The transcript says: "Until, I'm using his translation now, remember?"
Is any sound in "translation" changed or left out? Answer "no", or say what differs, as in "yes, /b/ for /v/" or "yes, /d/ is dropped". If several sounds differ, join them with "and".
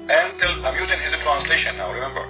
no